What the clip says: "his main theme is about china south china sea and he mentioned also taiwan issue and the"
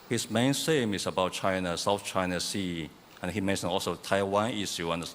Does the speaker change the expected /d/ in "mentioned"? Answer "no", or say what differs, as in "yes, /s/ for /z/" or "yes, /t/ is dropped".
yes, /d/ is dropped